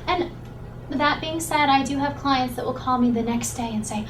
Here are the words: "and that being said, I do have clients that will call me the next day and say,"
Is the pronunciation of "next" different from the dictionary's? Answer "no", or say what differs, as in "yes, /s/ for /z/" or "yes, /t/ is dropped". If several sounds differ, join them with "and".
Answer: no